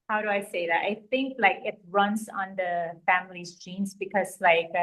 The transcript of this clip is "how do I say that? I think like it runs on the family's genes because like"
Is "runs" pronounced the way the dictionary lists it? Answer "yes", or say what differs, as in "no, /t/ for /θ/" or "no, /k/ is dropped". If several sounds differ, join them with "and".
no, /s/ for /z/